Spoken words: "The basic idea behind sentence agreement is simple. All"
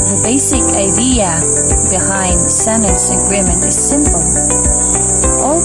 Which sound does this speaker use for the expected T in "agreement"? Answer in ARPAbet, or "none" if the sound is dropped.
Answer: none